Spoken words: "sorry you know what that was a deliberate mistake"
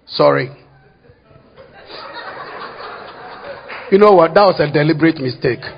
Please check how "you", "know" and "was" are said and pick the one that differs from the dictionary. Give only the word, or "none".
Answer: was